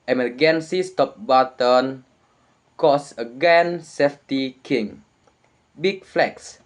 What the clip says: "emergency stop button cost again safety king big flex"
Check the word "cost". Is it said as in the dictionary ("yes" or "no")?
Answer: no